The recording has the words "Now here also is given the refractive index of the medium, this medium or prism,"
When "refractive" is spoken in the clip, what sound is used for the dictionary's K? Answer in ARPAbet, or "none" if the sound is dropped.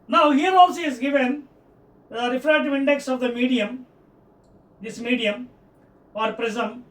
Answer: none